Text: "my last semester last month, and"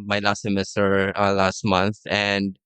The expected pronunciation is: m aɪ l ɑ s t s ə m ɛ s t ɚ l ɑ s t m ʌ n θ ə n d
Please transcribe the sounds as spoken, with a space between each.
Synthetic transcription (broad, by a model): m aɪ l ɑ s t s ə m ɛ s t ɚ l ɑ s t m ʌ n θ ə n d